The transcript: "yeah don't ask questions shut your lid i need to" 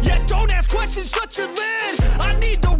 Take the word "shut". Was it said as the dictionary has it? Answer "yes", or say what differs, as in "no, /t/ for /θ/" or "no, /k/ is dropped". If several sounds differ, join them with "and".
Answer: no, /s/ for /ʃ/